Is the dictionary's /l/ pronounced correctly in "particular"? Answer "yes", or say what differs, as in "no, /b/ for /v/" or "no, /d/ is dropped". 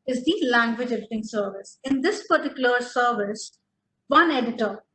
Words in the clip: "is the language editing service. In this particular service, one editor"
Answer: yes